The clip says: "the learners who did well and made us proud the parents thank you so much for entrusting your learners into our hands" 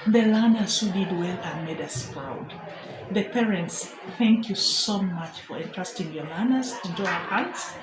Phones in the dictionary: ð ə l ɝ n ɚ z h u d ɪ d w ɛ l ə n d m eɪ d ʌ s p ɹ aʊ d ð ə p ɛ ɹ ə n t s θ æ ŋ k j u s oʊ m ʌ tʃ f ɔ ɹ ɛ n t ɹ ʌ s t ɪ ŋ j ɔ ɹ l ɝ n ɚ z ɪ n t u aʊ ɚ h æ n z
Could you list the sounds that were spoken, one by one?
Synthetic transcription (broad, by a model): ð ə l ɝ n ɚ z h u d ɪ d w ɛ l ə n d m eɪ d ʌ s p ɹ aʊ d ð ə p ɛ ɹ ə n t s θ æ ŋ k j u s oʊ m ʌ tʃ f ɔ ɹ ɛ n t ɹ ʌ s t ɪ ŋ j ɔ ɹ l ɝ n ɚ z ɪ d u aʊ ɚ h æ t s